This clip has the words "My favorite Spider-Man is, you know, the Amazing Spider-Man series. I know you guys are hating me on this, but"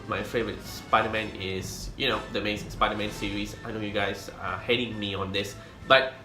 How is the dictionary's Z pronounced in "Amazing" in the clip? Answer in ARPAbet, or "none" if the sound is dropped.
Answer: S